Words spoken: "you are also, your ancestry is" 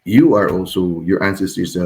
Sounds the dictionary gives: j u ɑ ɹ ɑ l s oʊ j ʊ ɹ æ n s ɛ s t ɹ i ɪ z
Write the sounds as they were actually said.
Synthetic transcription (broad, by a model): j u ɑ ɹ ɑ l s oʊ j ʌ ɹ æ n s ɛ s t i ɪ